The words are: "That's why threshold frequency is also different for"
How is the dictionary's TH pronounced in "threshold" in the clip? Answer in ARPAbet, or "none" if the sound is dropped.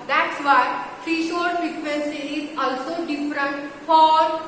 F